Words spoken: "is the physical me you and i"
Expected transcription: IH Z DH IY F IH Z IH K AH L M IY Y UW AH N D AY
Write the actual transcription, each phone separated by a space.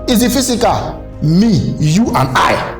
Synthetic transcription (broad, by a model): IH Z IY F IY S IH K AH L M IY Y UW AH N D AY